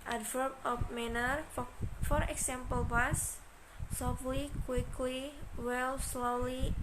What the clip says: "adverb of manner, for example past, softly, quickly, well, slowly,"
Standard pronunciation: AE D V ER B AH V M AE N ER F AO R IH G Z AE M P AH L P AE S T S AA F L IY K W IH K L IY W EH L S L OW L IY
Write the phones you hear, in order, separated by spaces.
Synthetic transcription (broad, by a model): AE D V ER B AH P M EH N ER F AO R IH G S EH M P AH L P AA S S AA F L IY K W IH K L IY W EH L S L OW L IY